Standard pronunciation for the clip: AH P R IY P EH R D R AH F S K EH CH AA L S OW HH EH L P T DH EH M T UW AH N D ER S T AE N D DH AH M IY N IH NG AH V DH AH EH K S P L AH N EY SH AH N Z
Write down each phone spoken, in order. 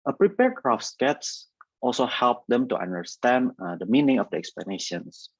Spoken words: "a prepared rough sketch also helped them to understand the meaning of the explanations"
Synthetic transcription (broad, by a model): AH P R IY P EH R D R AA F S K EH S AA L S OW HH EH L P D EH M T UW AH N D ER S T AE N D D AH M IY N IH NG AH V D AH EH K S P L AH N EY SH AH N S